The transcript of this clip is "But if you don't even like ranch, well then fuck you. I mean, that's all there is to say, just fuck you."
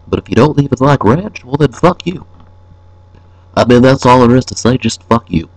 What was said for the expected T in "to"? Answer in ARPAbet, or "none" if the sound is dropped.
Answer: T